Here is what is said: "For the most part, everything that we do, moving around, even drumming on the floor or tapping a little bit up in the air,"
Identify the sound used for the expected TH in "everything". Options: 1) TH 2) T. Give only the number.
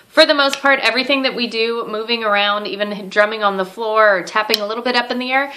1